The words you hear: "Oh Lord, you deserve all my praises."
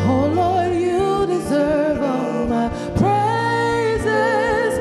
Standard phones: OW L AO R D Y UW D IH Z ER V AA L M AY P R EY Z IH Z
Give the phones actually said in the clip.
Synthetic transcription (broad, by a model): OW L AO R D Y UW D IH Z ER V AA L M AY P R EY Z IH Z